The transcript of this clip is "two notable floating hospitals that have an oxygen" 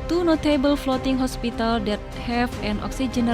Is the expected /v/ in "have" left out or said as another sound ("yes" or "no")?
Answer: yes